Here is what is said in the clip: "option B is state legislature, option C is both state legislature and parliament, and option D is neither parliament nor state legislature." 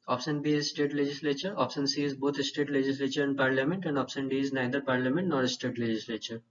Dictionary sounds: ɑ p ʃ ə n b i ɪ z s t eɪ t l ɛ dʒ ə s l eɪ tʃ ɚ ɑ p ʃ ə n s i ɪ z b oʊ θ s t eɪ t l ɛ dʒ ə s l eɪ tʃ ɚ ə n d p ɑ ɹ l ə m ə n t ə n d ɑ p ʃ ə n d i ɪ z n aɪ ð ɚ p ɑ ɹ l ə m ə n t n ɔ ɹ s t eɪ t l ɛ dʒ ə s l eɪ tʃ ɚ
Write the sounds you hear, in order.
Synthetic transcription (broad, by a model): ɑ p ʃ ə n b i ɪ z s t eɪ t l ɛ dʒ ə s l eɪ tʃ ɚ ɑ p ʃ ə n s i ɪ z b oʊ t s t eɪ t l ɛ dʒ ə s l eɪ tʃ ɚ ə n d p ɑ ɹ l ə m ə n t ə n d ɑ p ʃ ə n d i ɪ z n aɪ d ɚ p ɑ ɹ l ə m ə n t n ɔ ɹ s t eɪ t l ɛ dʒ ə s l eɪ tʃ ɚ